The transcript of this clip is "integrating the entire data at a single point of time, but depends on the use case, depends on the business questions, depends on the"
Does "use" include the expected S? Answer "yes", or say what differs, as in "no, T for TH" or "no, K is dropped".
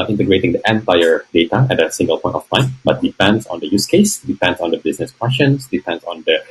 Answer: yes